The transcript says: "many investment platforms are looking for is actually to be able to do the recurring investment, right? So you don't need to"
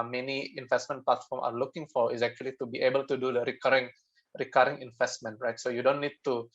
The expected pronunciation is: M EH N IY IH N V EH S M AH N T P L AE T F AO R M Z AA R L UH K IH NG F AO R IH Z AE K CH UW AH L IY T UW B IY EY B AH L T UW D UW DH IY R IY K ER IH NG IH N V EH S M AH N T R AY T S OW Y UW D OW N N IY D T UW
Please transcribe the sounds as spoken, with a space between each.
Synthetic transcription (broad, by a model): M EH N IY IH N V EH S M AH N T P L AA T F AO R M AA R L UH K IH NG F AO R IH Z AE K CH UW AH L IY T UW B IY EY B AH L T UW D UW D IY R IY K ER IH NG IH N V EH S M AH N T R AY T S OW Y UW D OW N N IY D T UW